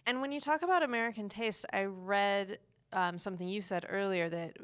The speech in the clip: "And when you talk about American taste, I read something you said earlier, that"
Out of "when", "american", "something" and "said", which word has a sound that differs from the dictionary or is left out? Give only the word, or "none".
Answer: none